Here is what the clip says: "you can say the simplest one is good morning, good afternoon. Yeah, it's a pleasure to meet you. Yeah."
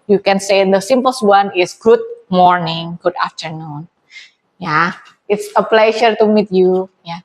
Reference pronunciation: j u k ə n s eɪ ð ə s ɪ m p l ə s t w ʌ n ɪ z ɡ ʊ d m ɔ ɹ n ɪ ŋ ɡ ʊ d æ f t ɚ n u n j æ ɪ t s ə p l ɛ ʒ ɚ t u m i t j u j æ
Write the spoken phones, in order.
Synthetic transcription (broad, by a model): j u k ə n s eɪ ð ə s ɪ m p ə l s w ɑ n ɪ s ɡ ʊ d m ɔ ɹ n ɪ ŋ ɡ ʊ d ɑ f t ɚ n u n j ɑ ɪ t s ə p l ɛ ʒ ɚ t u m i t j u j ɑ